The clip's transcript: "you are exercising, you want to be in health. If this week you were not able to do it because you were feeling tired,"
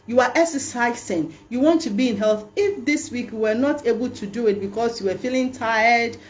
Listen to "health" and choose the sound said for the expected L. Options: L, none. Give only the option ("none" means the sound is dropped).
L